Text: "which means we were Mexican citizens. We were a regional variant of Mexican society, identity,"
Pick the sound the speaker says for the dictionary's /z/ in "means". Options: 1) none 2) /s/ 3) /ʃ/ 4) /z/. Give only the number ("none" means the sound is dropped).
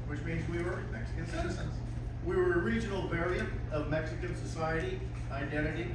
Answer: 4